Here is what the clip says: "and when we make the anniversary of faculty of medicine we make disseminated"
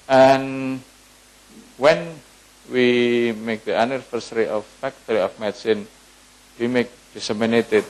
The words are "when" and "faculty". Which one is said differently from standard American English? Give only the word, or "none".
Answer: faculty